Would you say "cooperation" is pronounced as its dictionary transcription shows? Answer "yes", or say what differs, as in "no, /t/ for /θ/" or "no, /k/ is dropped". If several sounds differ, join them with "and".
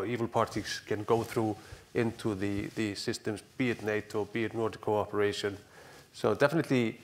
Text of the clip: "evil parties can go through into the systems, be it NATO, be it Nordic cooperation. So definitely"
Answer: yes